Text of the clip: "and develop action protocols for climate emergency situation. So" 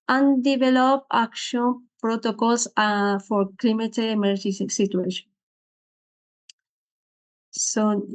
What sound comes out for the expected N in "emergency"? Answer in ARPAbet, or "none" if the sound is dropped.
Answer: none